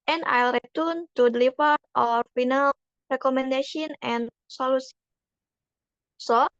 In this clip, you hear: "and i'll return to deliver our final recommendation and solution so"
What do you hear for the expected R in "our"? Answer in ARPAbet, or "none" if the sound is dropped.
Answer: R